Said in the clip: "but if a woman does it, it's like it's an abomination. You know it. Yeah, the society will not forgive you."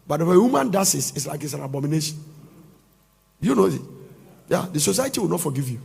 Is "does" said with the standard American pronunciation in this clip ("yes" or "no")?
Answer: no